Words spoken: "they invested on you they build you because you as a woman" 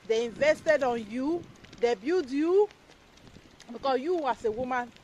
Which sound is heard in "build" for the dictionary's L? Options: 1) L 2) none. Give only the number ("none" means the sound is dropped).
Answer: 2